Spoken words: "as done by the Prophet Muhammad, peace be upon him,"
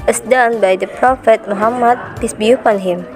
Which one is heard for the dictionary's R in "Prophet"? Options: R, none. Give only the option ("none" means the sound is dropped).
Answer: R